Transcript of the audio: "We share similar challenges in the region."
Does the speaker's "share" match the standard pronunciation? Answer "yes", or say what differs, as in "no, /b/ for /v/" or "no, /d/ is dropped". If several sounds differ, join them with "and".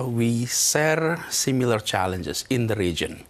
no, /s/ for /ʃ/